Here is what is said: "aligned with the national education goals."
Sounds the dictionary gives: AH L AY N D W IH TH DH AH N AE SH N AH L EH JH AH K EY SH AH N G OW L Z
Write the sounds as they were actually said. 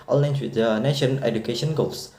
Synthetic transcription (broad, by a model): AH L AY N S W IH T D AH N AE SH AH N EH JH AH K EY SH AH N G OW L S